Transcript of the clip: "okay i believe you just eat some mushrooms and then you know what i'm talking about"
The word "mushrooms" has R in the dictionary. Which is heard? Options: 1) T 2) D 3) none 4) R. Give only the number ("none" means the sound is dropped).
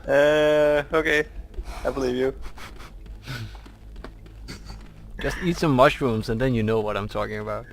4